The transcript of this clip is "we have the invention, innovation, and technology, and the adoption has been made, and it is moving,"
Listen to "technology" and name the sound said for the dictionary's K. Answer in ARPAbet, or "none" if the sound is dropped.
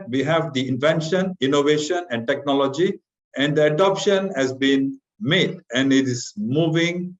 K